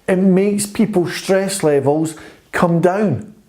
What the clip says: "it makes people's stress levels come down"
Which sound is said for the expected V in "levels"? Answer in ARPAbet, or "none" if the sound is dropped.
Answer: V